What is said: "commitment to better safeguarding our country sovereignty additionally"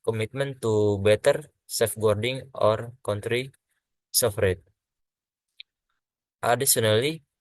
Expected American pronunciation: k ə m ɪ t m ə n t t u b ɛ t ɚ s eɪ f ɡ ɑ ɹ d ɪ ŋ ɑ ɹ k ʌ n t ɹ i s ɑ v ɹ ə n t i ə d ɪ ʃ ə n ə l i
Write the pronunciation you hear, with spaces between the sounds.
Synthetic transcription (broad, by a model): k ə m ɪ t m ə n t t u b ɛ t ɚ s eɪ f ɡ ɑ ɹ d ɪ ŋ ɑ ɹ k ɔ n t ɹ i s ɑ f ɹ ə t t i d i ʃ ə n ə l i